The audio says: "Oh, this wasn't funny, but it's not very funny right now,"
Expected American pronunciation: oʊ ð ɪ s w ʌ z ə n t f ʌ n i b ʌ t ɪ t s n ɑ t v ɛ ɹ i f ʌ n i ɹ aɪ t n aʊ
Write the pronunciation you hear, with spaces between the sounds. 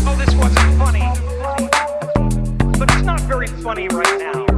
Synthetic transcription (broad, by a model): oʊ ð ɪ s w ʌ z ə n t f ʌ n i b ʌ t ɪ t s n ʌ t v ɛ ɹ i f ʌ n i ɹ aɪ t n aʊ